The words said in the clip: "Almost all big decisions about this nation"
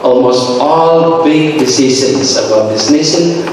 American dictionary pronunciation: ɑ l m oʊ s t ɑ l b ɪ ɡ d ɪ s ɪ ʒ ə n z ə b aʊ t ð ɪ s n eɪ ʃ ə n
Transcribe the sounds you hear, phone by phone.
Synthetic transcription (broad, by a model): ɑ l m oʊ s t ɑ l b ɪ ɡ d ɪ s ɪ ʃ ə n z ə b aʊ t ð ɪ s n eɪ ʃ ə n